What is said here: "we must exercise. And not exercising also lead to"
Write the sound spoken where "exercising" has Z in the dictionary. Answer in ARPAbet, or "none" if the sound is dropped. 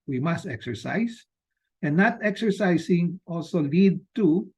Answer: S